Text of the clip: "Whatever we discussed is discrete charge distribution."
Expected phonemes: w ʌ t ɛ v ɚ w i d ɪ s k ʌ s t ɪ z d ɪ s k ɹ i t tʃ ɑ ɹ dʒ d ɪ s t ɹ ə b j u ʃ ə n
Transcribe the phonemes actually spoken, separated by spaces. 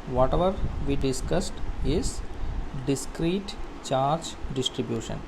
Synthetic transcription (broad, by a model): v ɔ t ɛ v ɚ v i d ɪ s k ʌ s t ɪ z d ɪ s k ɹ i t tʃ ɑ ɹ dʒ d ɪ s t ɹ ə b j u ʃ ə n